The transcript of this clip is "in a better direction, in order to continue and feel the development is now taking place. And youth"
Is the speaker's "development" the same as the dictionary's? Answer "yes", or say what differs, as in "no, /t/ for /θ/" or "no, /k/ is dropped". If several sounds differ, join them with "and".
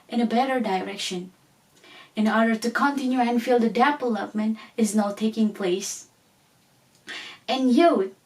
no, /p/ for /v/